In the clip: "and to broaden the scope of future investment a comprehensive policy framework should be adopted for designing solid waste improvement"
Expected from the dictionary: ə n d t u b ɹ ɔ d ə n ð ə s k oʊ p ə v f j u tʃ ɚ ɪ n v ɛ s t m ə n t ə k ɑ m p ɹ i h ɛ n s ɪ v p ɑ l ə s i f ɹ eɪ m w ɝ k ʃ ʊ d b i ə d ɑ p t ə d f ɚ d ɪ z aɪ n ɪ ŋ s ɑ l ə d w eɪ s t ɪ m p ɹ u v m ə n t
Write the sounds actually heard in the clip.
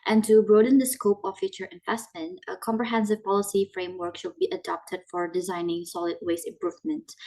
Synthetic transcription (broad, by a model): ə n t u b ɹ ɔ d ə n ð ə s k oʊ p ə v f j u tʃ ɚ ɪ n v ɛ s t m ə n t ə k ɑ m p ɹ i h ɛ n s ɪ v p ɑ l ə s i f ɹ eɪ m w ɝ k ʃ ʊ d b i ə d ɑ p t ə d f ɚ d ɪ z aɪ n ɪ ŋ s ɑ l ə d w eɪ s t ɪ m p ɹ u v m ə n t